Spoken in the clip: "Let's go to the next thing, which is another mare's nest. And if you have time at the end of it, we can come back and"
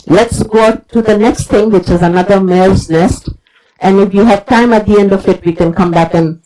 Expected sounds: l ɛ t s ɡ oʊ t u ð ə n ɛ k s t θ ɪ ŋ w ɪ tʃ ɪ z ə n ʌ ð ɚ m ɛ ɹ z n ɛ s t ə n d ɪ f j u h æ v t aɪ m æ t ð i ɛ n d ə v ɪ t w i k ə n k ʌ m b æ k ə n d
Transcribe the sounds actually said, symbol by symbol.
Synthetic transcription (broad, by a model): l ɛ t s ɡ oʊ t u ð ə n ɛ k s t t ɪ ŋ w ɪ tʃ ɪ z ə n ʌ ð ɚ m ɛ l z n ɛ s t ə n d ɪ f j u h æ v t aɪ m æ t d i ɛ n d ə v ɪ t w i k ə n k ʌ m b æ k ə n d